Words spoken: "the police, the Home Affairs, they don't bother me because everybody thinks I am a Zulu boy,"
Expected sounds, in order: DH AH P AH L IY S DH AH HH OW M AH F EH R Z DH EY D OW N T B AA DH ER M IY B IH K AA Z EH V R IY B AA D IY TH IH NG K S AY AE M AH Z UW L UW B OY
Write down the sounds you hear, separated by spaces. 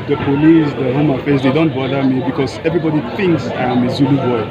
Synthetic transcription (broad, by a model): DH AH P AH L IY S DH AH HH OW M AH F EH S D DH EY D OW N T B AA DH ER M IY B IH K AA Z EH V R IY B AA D IY TH IH NG K S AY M AH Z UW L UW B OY